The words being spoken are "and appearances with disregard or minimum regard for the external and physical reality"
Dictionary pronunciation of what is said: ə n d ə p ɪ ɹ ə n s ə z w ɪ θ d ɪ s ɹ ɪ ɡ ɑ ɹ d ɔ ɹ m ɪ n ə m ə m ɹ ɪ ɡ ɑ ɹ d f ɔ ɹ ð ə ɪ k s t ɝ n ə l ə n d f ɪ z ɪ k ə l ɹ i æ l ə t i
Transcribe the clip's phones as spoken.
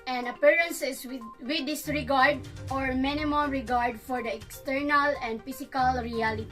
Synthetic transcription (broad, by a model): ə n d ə p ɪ ɹ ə n s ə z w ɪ d ɪ s ɹ ɪ ɡ ɑ ɹ d ɔ ɹ m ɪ n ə m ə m ɹ ɪ ɡ ɑ ɹ d f ɔ ɹ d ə ɪ k s t ɝ n ə l ə n d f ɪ s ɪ k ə l ɹ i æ l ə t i